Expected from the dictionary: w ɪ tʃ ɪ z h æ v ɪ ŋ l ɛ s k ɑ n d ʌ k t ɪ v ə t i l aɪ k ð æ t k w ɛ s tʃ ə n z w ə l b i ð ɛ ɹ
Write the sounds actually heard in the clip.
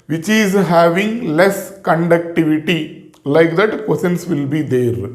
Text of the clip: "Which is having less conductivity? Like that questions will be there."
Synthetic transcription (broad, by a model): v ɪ tʃ ɪ z h æ v ɪ ŋ l ɛ s k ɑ n d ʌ k t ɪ v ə t i l aɪ k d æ t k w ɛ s ə n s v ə l b i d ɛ ɹ